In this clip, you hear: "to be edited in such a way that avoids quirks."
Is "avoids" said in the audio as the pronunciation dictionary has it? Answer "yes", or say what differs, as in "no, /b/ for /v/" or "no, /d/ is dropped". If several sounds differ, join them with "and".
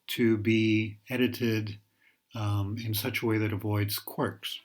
yes